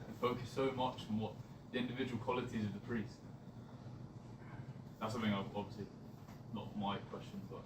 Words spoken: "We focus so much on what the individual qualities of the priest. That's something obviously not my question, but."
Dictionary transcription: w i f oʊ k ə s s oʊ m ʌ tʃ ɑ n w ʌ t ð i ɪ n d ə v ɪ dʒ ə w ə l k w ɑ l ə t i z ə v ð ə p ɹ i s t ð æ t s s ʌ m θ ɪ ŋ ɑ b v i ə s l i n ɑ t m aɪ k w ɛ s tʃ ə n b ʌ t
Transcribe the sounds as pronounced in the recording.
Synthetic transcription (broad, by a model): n f oʊ k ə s s oʊ m ʌ tʃ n w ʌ t ð i ɪ n d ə v ɪ dʒ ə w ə l k w ɑ l ə t i z ə v ð ə p ɹ i s t ð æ t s s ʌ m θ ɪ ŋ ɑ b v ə s l i n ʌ t m aɪ k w ɛ s tʃ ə n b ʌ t